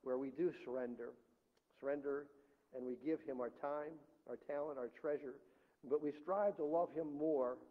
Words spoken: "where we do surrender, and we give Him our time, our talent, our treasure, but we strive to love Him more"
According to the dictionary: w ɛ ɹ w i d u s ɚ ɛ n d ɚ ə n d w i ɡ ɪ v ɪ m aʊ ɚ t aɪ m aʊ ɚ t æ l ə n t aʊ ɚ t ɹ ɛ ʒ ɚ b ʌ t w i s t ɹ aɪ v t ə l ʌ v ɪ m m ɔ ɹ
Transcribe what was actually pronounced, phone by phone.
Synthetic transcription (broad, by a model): w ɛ ɹ w i d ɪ s ɚ ɛ n d ɚ ə n d w i ɡ ɪ v ɪ m aʊ ɚ t aɪ m aʊ ɚ t æ l ə n t aʊ ɚ t ɹ ɛ ʒ ɚ b ʌ t w i s t ɹ aɪ v t ə l ʌ v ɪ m m ɔ ɹ